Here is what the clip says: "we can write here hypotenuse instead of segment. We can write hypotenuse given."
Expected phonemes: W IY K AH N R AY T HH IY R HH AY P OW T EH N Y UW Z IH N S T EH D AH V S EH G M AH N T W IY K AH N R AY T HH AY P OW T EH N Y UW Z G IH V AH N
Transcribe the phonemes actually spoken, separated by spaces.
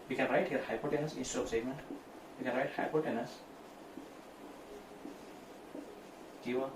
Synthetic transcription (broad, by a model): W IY K AH N R AY T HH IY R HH AY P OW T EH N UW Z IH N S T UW AH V S EH G M AH N T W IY K AH N R AY T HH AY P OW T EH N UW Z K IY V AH